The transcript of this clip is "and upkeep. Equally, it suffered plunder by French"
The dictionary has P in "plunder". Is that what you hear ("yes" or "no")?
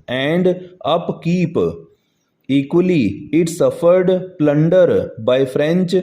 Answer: yes